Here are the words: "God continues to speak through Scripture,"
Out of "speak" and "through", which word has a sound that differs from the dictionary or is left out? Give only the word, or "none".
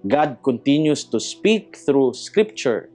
none